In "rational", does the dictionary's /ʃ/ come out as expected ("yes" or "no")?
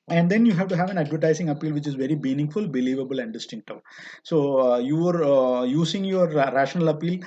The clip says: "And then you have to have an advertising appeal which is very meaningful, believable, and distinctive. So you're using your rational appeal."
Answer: yes